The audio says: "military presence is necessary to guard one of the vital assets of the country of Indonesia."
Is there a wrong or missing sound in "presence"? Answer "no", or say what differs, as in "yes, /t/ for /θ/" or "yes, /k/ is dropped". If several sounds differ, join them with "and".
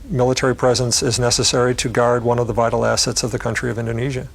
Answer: no